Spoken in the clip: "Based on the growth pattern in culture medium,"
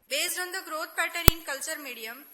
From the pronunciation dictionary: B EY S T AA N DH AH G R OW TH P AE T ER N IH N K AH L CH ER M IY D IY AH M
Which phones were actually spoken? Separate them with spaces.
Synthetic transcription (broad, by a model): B EY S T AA N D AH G R OW T P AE T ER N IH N K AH L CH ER M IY D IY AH M